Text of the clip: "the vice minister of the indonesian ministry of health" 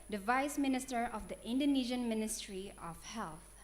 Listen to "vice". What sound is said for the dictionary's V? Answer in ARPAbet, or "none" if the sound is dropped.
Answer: V